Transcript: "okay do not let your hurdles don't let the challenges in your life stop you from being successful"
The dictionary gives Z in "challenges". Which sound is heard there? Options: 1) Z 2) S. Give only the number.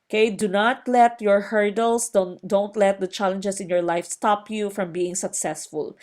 2